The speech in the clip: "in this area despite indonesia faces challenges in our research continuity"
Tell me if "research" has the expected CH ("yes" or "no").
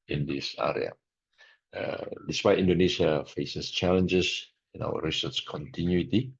no